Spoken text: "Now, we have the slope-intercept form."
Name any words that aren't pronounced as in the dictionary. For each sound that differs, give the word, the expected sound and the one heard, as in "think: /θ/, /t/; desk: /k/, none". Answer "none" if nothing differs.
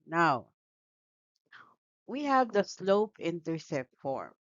intercept: /p/, none